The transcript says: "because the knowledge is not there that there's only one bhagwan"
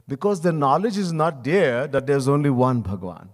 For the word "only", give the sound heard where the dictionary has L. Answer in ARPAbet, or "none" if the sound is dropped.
L